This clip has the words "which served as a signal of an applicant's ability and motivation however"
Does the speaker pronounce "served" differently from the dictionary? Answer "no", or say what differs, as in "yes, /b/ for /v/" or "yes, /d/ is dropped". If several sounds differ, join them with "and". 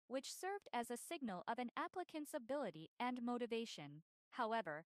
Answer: no